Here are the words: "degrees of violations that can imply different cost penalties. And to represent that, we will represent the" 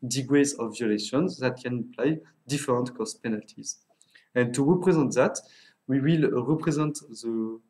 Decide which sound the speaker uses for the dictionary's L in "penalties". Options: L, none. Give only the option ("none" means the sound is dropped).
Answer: L